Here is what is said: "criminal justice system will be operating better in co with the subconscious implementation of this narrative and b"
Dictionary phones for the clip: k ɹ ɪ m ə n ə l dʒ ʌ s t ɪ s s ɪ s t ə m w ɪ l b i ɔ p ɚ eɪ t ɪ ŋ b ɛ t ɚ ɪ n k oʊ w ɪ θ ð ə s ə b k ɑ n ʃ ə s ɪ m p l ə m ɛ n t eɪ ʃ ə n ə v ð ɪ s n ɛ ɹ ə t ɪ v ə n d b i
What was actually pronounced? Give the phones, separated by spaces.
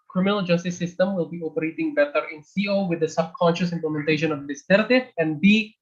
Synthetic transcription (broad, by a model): k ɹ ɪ m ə n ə l dʒ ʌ s t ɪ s s ɪ s t ə m w ɪ l b i ɔ p ɚ eɪ t ɪ ŋ b ɛ t ɚ ɪ n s oʊ w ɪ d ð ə s ə b k ɑ n ʃ ə s ɪ m p l ə m ɛ n t eɪ ʃ ə n ə v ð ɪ s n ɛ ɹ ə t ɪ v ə n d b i